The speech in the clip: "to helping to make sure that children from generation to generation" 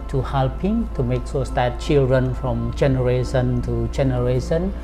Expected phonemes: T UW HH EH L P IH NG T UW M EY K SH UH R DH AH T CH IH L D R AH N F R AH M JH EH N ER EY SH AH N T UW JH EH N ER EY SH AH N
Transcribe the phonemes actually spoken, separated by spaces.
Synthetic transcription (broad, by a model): T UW HH EH L P IH NG T UW M EY K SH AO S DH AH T CH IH L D R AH N F R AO M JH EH N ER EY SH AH N T UW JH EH N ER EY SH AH N